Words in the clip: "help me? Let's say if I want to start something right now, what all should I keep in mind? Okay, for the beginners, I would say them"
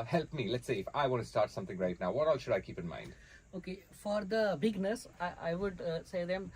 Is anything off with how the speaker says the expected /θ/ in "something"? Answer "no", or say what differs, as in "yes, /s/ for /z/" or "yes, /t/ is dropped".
yes, /t/ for /θ/